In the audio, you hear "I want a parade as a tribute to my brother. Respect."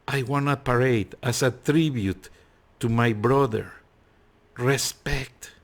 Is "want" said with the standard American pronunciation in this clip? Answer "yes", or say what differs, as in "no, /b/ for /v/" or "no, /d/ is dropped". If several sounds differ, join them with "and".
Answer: no, /t/ is dropped